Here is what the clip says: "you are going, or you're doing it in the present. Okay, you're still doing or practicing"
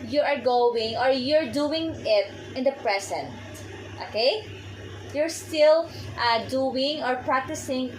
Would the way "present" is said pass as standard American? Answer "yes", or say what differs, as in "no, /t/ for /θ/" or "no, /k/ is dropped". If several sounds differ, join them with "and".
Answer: no, /s/ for /z/